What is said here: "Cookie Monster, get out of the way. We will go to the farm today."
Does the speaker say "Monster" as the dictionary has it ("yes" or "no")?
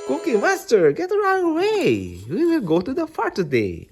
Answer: no